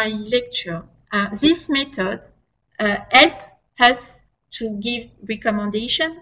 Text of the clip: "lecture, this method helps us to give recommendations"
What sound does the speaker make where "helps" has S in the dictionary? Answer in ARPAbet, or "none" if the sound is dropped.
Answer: none